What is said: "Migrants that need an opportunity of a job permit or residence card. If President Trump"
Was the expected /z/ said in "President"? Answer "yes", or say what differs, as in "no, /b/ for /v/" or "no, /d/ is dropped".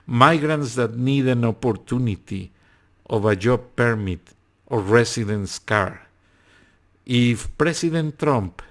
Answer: no, /s/ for /z/